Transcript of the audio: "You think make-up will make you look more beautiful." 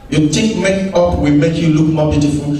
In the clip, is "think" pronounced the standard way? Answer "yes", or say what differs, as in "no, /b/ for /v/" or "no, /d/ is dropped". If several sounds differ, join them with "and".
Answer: no, /t/ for /θ/ and /ŋ/ is dropped